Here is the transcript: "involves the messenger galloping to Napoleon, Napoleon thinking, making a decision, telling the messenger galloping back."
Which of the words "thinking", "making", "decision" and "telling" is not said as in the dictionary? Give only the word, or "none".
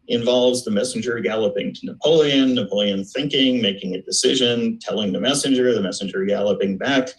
none